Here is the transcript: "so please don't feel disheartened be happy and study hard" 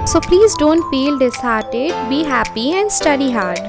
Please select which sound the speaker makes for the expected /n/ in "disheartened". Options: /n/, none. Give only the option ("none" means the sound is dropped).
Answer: none